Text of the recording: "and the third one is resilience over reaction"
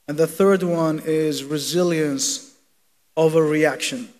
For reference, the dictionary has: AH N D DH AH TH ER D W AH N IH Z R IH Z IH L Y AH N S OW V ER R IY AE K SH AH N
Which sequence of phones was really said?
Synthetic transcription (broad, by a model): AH N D DH AH TH ER D W AH N IH Z R IH Z IH L Y AH N S OW V ER R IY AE K SH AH N